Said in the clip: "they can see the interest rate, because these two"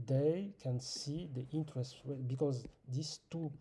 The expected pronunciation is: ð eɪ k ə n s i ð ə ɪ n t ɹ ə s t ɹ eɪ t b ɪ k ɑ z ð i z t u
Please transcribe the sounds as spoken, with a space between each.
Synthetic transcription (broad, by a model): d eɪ k ə n s i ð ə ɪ n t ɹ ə s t w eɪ b ɪ k ɑ z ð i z t u